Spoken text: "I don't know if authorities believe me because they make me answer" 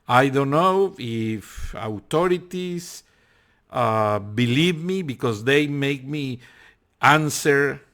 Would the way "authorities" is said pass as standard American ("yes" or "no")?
no